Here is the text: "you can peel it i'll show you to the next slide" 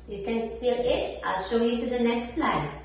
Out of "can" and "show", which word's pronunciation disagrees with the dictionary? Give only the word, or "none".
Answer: none